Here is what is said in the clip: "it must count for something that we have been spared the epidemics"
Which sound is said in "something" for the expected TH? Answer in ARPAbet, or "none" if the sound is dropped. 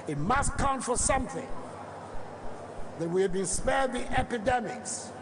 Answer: TH